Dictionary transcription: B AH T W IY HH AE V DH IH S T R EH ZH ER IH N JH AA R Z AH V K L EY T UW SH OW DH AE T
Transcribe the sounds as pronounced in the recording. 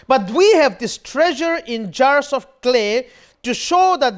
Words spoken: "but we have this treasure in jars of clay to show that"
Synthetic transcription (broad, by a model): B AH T W IY HH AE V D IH S T R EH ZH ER IH N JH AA R S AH F K L EY T UW SH OW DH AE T